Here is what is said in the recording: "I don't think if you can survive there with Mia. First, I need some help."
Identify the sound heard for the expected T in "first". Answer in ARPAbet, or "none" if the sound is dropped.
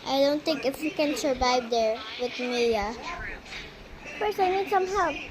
none